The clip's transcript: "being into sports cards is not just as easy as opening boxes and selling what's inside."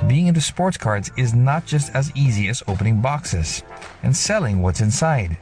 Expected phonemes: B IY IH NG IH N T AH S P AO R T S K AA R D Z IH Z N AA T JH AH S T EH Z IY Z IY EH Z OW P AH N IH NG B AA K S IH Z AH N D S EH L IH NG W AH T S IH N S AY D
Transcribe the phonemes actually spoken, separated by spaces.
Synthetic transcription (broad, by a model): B IY IH NG IH N T AH S P AO R T S K AA R D Z IH Z N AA T JH AH S T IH Z IY Z IY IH Z OW P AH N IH NG B AA K S IH Z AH N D S EH L IH NG W AH T S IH N S AY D